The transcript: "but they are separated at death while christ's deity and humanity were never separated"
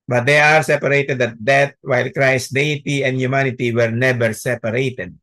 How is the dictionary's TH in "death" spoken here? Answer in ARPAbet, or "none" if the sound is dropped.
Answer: T